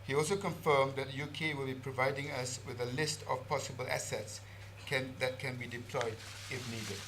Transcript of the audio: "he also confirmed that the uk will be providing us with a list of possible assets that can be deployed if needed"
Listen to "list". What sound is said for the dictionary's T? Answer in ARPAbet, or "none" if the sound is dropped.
T